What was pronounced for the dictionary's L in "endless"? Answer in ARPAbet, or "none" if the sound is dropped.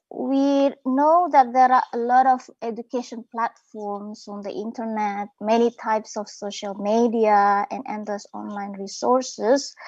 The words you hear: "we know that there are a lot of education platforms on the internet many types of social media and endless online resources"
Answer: none